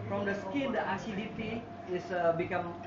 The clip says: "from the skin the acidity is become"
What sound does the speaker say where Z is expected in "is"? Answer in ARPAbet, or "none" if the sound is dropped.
S